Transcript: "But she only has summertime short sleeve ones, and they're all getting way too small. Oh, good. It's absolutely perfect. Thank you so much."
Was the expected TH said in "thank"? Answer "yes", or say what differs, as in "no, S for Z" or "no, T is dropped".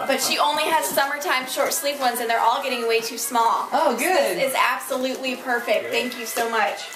yes